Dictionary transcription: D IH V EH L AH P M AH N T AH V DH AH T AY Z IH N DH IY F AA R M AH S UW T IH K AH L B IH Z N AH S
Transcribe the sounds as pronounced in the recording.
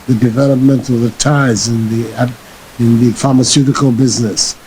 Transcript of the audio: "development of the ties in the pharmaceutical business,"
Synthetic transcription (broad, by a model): D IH V EH L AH P M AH N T AH V DH AH T AY Z IH N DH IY F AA R M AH S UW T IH K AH L B IH Z N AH S